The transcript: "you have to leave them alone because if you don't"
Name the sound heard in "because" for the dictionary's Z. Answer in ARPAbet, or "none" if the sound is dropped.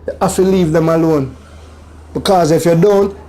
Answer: Z